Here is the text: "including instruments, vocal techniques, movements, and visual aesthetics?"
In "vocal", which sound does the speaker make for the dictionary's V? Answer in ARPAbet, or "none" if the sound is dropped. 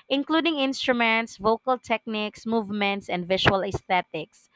V